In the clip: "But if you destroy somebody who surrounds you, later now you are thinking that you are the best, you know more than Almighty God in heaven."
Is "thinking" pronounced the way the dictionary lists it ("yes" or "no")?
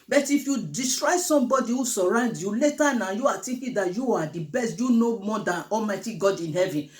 no